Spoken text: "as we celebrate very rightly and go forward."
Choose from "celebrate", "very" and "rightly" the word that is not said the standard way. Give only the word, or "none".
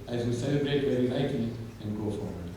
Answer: rightly